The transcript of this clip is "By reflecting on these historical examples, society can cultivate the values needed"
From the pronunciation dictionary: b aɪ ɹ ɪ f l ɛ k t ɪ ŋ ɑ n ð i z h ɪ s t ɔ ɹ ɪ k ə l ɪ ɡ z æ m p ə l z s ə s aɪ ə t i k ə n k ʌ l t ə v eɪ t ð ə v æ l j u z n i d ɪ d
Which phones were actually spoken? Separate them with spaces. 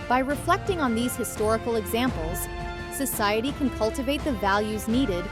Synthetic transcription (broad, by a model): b aɪ ɹ ɪ f l ɛ k t ɪ ŋ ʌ n ð i z h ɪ s t ɔ ɹ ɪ k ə l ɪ ɡ z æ m p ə l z s ə s aɪ ə t i k ə n k ʌ l t ə v eɪ t ð ə v æ l j u z n i d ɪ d